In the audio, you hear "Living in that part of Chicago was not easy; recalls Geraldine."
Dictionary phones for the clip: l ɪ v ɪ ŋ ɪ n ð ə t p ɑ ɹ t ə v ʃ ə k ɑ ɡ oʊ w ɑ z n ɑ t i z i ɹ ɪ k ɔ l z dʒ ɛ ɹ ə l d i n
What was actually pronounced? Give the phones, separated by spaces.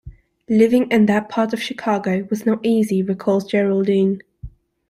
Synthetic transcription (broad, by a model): l ɪ v ɪ ŋ ɪ n ð ə t p ɑ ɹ t ə v ʃ ə k ɑ ɡ oʊ w ɑ z n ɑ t i z i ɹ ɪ k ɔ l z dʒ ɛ ɹ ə l d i n